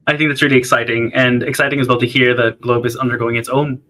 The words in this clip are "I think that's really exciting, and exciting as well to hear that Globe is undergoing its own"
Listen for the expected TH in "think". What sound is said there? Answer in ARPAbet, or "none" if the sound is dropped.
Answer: TH